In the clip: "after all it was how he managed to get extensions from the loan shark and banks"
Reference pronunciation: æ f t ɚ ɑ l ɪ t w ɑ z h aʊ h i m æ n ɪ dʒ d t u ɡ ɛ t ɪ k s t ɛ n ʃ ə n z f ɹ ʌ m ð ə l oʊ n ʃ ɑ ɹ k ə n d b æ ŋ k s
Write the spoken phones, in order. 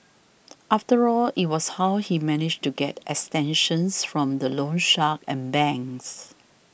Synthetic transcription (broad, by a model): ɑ f t ɚ ɑ l ɪ t w ɑ s h aʊ h i m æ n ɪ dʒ t u ɡ ɛ t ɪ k s t ɛ n ʃ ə n s f ɹ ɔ m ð ə l oʊ n ʃ ɑ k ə n b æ ŋ s